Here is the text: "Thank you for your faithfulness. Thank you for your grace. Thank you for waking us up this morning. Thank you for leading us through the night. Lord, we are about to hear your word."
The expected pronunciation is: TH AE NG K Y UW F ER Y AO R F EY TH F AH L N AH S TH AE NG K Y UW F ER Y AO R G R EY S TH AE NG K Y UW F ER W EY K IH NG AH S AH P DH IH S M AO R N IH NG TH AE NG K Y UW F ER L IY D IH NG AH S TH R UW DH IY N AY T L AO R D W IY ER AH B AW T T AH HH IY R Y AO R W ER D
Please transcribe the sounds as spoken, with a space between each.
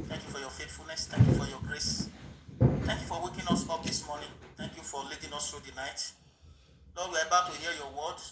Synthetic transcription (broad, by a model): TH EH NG K Y UW F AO Y AO F EY T F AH L N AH S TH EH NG K Y UW F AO Y AO G R EY S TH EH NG K Y UW F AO W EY K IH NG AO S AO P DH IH S M AO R N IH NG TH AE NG K Y UW F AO L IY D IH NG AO S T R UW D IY N AY T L AO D W IY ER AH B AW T T AH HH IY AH Y AO W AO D